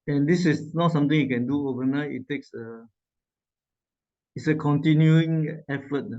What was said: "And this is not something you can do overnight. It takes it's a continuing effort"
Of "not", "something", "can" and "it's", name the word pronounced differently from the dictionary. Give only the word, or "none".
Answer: something